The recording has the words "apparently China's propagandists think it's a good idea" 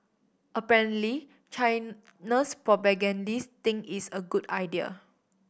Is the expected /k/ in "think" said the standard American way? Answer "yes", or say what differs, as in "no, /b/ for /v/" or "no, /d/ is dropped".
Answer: no, /k/ is dropped